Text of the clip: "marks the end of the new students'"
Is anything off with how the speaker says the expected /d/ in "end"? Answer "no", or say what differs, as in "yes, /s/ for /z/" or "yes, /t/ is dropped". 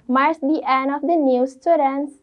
yes, /d/ is dropped